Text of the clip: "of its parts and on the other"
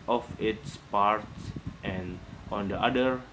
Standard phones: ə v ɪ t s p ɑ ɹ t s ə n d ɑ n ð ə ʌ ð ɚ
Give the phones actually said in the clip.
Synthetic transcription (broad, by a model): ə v ɪ t s p ɑ ɹ t s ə n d ɑ n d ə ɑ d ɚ